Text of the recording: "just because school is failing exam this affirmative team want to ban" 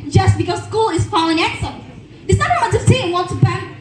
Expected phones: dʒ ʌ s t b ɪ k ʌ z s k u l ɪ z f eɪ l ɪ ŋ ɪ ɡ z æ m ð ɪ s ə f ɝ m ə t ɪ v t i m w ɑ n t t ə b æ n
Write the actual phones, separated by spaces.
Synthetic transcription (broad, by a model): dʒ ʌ s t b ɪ k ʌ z s k u l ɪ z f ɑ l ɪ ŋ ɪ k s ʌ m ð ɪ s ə ɝ ə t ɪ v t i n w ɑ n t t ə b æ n